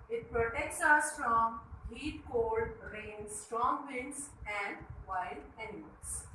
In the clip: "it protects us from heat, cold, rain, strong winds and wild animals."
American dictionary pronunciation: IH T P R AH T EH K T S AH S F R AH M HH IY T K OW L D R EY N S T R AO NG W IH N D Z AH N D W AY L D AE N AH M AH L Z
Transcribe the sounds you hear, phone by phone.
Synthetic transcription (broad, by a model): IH T P R AH T EH K T S AH S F R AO M HH IY T K OW L D R EY N S T R AO NG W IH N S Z AH N D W AY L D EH N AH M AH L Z